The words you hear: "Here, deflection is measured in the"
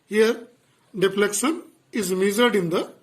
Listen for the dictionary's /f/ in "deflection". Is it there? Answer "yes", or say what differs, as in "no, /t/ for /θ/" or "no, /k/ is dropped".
no, /p/ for /f/